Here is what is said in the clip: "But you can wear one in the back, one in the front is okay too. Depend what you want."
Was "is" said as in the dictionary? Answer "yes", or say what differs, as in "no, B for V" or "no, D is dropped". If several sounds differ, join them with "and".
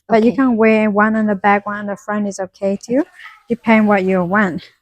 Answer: yes